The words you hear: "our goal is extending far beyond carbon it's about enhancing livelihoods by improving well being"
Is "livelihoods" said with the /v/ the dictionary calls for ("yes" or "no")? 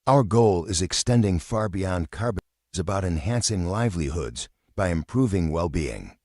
yes